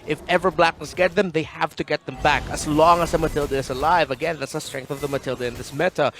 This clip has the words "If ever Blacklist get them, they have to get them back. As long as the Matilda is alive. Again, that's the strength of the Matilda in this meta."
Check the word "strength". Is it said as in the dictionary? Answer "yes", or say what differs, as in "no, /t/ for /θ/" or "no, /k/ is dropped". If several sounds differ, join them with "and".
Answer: yes